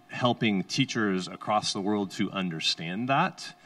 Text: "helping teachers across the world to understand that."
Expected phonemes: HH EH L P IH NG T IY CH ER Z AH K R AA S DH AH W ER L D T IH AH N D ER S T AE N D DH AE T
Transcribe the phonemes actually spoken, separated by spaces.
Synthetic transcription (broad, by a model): HH EH L P IH NG T IY CH ER Z AH K R AA S DH AH W ER L D T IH AH N D ER S T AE N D DH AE T